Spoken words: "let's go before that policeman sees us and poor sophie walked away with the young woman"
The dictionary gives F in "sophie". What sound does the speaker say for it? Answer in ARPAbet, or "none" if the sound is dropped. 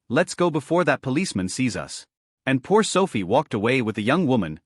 F